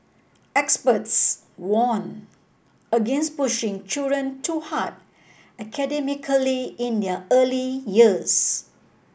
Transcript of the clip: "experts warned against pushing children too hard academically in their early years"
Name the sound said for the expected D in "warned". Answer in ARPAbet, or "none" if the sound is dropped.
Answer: none